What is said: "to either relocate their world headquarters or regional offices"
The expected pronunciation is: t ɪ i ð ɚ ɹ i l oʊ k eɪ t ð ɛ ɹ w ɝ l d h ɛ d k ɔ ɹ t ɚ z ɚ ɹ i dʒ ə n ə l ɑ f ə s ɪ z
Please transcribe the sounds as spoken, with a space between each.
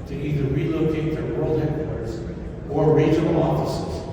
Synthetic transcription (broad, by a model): t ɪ i ð ɚ ɹ i l oʊ k eɪ t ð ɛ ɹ w ɝ l d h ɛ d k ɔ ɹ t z ɚ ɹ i ə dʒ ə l ɑ f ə s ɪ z